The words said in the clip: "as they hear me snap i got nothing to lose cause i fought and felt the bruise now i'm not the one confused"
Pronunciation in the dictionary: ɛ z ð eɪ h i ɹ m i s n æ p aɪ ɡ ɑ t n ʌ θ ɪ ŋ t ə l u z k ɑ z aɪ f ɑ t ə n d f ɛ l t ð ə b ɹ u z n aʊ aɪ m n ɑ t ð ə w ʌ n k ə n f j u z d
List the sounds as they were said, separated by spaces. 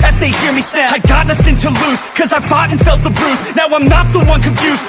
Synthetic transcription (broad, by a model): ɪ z ð eɪ h i ɹ m i s æ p aɪ ɡ ɑ t n ʌ θ ɪ ŋ t ə l u z k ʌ z aɪ f ɑ t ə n f ɛ l t ð ə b ɹ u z n aʊ aɪ m n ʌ t ð ə w ʌ n k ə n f j u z